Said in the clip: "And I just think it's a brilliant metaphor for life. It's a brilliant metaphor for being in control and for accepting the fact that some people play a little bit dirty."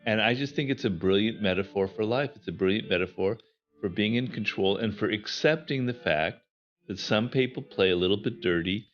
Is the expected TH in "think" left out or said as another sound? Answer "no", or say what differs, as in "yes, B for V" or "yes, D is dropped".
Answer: no